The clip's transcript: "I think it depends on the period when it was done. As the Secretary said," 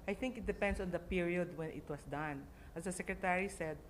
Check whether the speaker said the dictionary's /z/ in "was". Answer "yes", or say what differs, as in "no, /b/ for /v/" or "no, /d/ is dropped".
no, /s/ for /z/